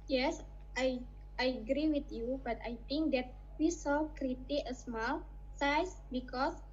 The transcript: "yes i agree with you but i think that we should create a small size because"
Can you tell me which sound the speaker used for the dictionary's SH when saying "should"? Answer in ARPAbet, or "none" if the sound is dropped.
S